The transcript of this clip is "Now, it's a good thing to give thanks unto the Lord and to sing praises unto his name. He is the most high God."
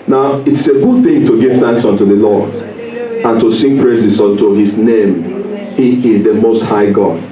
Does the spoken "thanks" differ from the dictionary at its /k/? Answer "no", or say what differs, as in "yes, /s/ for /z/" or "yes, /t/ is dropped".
no